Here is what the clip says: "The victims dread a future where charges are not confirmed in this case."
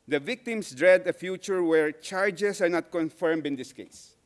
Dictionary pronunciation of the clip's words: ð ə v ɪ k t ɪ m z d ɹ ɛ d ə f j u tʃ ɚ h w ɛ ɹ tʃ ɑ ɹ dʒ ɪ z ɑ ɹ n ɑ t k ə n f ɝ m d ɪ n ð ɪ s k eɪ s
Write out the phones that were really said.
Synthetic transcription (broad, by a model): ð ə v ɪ k t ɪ m s d ɹ ɛ d ə f j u tʃ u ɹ w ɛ ɹ tʃ ɑ ɹ dʒ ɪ s ɑ ɹ n ɑ t k ə n f ɝ m d ɪ n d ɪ s k eɪ s